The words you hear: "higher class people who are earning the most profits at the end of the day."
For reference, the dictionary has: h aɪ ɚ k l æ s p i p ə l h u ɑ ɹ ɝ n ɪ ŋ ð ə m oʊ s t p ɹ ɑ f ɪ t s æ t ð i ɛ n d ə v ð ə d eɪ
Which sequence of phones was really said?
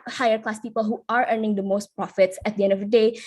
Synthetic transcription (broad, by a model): h aɪ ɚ k l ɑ s p i p ə l h u ɑ ɹ ɝ n ɪ ŋ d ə m oʊ s t p ɹ ɑ f ɪ t s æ t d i ɛ n d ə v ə d eɪ